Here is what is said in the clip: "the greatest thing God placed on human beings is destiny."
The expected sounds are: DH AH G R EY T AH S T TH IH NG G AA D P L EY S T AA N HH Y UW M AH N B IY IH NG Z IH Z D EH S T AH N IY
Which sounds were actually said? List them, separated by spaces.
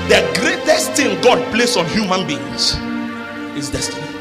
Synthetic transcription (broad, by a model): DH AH G R EY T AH S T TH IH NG G AA D P L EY S AA N HH Y UW M AH N B IY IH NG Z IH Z D EH S T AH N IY